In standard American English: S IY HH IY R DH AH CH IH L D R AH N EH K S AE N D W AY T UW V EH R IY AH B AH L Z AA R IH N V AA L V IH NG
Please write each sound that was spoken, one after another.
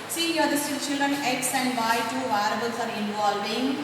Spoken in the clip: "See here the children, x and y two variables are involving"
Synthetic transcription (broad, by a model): S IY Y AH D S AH CH IH L D R AH N EH K S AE N D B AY T UW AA R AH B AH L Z AA R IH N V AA L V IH NG